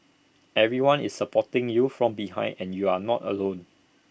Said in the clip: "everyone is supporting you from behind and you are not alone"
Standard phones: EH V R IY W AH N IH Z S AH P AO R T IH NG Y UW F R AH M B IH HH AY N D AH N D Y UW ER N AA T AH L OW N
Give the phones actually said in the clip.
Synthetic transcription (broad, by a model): EH V R IY W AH N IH S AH P AO T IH NG Y UW F R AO M B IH HH AY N AH N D Y UW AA N AA T AH L OW N